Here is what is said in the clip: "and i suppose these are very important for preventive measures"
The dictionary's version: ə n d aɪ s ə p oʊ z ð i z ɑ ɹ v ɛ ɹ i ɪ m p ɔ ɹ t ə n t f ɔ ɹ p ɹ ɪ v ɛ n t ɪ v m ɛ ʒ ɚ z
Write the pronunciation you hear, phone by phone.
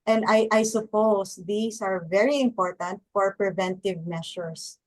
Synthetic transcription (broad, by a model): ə n d aɪ s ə p oʊ s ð i s ɑ ɹ v ɛ ɹ i ɪ m p ɔ ɹ t ə n t f ɔ ɹ p ɹ ɪ v ɛ n t ɪ v m ɛ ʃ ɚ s